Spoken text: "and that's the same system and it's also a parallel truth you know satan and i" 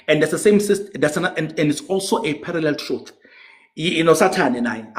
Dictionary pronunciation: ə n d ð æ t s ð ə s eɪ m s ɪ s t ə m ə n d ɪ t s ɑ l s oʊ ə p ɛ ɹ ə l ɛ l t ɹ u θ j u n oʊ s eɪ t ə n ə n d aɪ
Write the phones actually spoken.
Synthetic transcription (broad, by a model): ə n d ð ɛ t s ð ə s eɪ m s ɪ s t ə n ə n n ɪ t s ɑ l s oʊ ə p ɛ ɹ ə l ɛ l t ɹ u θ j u n oʊ s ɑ t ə n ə n aɪ